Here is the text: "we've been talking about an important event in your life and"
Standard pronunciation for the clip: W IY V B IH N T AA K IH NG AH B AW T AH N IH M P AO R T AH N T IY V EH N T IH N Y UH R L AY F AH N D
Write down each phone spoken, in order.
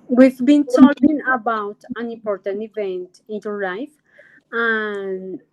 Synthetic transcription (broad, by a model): W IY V B IH N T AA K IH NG AH B AW T AH N IH M P AO R T AH N T IY V EH N T IH N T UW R L AY F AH N